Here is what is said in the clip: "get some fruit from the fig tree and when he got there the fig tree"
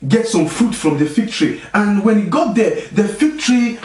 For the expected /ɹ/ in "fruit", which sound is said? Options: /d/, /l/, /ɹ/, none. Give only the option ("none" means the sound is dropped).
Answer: none